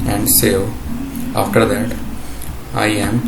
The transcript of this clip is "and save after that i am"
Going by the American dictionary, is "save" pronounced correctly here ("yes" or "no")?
no